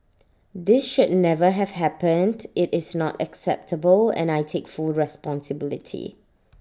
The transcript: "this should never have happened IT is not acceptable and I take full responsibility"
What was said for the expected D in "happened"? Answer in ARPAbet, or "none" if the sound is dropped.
D